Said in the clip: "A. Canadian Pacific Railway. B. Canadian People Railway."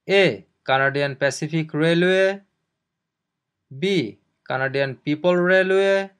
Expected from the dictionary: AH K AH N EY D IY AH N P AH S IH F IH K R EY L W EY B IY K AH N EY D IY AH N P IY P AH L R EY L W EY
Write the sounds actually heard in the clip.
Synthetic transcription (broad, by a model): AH K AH N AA D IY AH N P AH S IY P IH K R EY L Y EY B IY K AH N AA D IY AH N P IY P AH L R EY L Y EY